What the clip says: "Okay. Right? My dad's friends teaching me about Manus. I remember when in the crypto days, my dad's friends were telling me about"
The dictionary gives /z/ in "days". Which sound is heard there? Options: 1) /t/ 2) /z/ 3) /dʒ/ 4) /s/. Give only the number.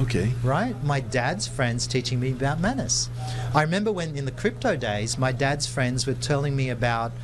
2